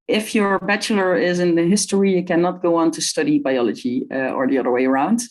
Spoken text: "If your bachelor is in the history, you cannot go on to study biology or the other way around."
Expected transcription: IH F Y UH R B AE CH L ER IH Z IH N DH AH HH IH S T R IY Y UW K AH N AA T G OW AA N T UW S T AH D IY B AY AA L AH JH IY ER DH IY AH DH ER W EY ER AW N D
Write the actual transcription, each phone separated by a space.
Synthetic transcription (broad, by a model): IH F Y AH R B AE CH L ER IH Z IH N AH HH IH S T R IY Y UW K AH N AA T G OW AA N T UW S T AH D IY B AY AA L AH JH IY ER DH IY AH DH ER W EY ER AW N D